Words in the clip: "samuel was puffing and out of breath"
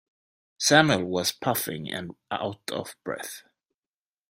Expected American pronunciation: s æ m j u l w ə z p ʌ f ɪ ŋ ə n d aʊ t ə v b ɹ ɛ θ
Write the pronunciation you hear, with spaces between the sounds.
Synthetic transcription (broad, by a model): s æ m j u l w ə z p ʌ f ɪ ŋ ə n aʊ t ə v b ɹ ɛ θ